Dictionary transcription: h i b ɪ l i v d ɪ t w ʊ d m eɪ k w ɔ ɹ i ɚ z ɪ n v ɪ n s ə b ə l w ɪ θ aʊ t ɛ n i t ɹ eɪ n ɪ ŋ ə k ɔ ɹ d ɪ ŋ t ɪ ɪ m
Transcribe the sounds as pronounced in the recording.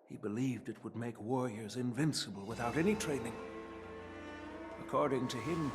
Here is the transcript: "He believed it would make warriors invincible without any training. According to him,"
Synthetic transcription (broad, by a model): h i b ɪ l i v d ɪ t w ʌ d m eɪ k w ɔ ɹ i ɚ z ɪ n v ɪ n s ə b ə l w ɪ θ aʊ t ɛ n i t ɹ eɪ n ɪ ŋ ə k ɔ ɹ d ɪ ŋ t ɪ ɪ m